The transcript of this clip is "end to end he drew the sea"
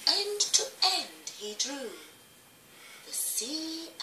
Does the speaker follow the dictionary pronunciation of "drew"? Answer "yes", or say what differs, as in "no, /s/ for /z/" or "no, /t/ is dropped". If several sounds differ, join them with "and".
yes